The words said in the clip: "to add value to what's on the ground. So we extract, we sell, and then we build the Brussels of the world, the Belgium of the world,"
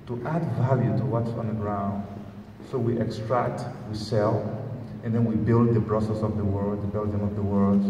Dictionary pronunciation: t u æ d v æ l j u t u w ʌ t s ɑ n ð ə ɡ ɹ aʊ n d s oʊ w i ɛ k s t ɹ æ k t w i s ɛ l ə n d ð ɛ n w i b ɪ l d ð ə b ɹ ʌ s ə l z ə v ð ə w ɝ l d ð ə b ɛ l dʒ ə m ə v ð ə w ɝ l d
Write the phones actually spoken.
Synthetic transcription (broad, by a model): t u æ d v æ l j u t u w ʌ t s ɑ n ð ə ɡ ɹ aʊ n d s oʊ w i ɛ k s t ɹ æ k t w i s ɛ l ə n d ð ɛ n w i b ɪ l d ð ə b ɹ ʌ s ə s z ə v ð ə w ɝ l d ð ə b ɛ l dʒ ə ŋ ə v ð ə w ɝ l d